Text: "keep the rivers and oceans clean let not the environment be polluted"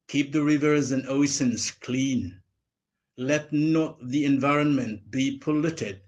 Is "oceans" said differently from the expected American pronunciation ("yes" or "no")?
yes